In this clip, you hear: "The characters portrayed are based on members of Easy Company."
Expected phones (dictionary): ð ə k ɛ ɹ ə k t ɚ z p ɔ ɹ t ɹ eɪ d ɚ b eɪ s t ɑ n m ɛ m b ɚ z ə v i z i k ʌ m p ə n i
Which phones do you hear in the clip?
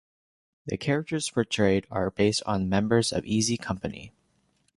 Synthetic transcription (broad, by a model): ð ə k ɛ ɹ ə k t ɚ z f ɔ ɹ t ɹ eɪ d ɚ b eɪ s t n m ɛ m b ɚ z ə v i z i k ʌ m p ə n i